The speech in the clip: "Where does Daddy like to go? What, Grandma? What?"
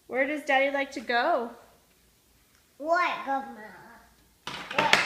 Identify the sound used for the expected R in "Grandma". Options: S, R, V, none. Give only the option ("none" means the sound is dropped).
none